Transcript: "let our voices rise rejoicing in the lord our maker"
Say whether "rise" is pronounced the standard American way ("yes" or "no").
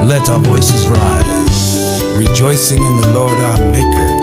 yes